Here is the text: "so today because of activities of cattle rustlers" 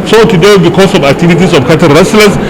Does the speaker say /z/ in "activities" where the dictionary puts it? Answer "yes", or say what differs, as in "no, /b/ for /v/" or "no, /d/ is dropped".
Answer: no, /s/ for /z/